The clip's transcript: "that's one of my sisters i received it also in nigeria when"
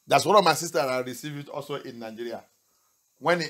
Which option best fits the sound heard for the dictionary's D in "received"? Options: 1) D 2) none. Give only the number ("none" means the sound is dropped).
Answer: 2